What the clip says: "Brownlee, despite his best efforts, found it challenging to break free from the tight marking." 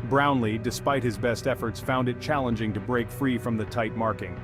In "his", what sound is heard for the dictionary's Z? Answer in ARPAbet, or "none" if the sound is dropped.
Z